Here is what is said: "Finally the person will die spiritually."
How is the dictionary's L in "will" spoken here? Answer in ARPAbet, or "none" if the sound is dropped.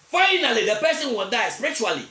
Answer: N